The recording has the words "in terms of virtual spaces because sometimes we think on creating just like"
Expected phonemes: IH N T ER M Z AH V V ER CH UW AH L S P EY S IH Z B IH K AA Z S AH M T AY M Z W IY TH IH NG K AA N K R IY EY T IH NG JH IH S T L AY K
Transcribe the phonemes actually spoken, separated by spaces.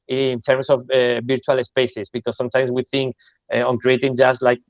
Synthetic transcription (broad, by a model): N T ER M S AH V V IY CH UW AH L S P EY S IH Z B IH K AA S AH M T AY M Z W IY TH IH NG K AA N K R IY EY T IH NG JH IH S L AY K